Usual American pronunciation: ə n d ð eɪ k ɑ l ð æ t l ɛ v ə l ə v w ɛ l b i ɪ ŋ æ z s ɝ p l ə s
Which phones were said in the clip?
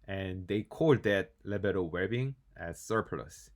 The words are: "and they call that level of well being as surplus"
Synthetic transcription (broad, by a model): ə n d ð eɪ k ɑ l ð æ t l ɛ b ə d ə w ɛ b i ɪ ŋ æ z s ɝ p l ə s